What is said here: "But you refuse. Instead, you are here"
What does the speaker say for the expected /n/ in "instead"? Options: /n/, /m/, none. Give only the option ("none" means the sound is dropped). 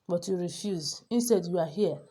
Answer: /n/